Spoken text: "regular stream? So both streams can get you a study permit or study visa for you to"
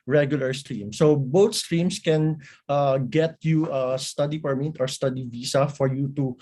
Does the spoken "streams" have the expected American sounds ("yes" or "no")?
no